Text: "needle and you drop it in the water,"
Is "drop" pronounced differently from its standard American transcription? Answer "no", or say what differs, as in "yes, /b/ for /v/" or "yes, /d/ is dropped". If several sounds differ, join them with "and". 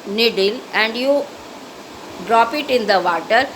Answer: no